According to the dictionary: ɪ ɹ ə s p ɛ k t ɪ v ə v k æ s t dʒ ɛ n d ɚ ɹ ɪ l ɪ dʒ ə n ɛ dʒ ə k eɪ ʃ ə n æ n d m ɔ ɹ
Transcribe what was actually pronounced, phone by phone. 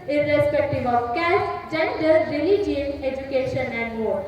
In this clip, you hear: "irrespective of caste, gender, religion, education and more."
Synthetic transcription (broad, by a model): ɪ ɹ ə s p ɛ k t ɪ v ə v k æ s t dʒ ɛ n d ɚ ɹ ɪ l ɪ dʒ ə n ɛ dʒ ə k eɪ ʃ ə n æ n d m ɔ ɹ